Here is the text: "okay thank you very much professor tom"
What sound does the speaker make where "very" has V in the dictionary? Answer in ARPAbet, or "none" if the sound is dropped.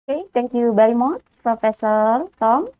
B